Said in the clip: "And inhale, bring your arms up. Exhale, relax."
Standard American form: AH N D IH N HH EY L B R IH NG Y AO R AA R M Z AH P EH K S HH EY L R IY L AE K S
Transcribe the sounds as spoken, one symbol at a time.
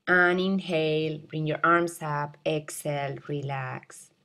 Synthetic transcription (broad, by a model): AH N IH N HH EY L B R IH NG Y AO R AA R M S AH P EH K S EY L R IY L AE K S